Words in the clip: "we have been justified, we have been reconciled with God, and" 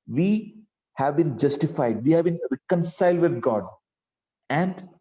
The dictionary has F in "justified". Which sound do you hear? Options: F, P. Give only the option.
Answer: F